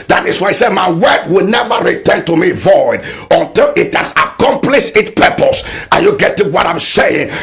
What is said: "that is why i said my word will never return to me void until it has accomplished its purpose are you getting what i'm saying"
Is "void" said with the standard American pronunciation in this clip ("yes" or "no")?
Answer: yes